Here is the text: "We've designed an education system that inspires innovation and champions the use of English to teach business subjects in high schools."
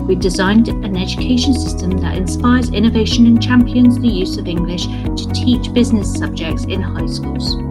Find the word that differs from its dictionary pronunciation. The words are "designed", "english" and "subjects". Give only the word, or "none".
none